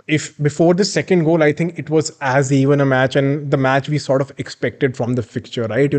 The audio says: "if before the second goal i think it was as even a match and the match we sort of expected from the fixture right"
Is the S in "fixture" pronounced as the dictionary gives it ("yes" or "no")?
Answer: no